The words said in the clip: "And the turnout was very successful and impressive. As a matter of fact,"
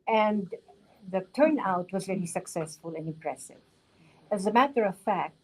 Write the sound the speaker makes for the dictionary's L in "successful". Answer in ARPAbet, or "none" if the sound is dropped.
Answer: L